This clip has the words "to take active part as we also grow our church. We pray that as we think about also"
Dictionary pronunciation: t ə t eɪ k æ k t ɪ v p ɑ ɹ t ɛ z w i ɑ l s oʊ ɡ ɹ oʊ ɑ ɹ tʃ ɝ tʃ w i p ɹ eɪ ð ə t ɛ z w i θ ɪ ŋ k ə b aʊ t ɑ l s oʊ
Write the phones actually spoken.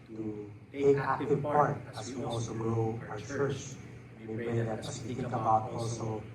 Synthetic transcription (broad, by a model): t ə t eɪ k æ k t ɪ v p ɑ ɹ t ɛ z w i ɑ l s oʊ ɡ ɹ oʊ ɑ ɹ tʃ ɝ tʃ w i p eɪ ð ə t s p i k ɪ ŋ ə b aʊ t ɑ l s oʊ